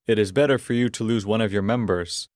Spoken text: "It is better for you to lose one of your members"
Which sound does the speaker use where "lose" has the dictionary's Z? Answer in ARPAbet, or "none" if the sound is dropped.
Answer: Z